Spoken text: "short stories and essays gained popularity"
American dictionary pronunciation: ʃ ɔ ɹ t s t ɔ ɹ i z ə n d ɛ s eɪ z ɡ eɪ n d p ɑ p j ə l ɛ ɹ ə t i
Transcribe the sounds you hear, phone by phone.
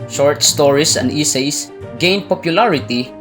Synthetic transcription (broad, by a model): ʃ ɔ ɹ t s t ɔ ɹ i s ə n d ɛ s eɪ s ɡ eɪ n d p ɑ p j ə l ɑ ɹ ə t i